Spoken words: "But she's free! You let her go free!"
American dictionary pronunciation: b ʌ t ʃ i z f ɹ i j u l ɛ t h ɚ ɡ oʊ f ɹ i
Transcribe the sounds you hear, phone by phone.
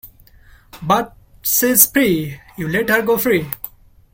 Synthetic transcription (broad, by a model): b ʌ t s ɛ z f ɹ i j u l ɛ t h ɚ ɡ oʊ f ɹ i